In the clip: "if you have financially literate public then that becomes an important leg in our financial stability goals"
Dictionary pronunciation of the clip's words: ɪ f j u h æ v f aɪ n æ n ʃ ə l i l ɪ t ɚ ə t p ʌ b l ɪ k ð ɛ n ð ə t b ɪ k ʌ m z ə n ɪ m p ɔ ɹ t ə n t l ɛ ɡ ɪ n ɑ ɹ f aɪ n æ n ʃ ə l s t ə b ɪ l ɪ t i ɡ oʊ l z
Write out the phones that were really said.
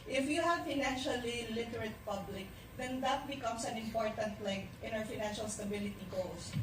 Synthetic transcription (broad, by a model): ɪ f j u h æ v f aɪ n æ n ʃ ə l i l ɪ t ɚ ə t p ʌ b l ɪ k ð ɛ n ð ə t b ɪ k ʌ m s ə n ɪ m p ɔ ɹ t ə n t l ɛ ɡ ɪ n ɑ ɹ f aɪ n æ n ʃ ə l s t ə b ɪ l ɪ t i ɡ oʊ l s